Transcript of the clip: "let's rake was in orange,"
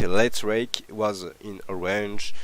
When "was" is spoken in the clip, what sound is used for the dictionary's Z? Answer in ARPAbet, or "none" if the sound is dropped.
Z